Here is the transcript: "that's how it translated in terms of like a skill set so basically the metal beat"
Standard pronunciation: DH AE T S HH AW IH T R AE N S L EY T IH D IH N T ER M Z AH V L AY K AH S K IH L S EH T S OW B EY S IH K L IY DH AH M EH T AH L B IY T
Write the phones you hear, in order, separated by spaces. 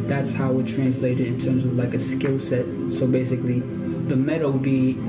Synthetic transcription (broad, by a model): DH AE T S HH AW IH T R AE N S L EY T IH D IH N T ER M Z AH V L AY K AH S K IH L S EH T S OW B EY S IH K L IY DH AH M EH T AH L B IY